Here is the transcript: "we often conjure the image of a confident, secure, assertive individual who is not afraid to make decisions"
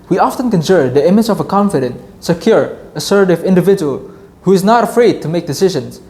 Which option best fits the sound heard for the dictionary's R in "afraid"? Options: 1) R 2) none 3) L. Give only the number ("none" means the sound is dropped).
1